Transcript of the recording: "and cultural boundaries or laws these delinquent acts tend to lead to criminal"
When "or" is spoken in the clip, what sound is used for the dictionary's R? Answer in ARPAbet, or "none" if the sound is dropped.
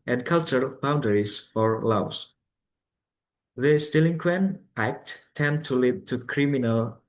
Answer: R